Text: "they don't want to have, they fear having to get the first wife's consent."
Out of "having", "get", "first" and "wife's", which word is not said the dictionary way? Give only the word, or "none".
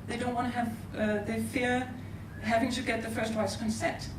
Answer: wife's